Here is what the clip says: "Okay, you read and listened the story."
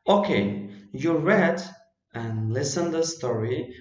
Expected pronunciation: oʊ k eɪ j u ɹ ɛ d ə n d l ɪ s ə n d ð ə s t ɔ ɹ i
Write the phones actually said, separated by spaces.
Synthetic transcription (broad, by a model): oʊ k eɪ j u ɹ ɛ d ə n l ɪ s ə n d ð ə s t ɔ ɹ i